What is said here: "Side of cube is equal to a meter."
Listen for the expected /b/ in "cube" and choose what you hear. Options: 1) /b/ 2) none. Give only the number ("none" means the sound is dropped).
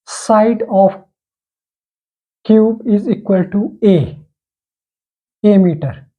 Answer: 1